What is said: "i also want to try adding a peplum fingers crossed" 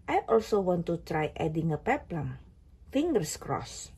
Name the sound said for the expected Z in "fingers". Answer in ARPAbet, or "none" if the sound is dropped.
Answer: S